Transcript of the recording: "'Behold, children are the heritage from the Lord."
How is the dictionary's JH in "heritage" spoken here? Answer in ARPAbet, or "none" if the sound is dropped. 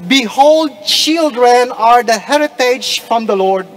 JH